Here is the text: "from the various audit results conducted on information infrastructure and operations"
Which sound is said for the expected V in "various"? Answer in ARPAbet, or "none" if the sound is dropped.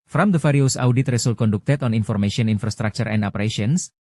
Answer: F